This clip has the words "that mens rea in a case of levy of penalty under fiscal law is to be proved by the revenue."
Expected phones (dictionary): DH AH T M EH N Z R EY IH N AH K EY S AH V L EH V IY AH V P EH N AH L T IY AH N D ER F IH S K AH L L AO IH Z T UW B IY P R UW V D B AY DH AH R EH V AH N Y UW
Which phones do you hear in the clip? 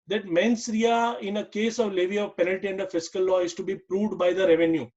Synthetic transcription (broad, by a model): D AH T M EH N S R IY IH N AH K EY S AH V L EH V IY AH V P EH N AH L T IY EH N D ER F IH S K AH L L AO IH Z T UW B IY P R UW V D B AY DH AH R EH V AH N Y UW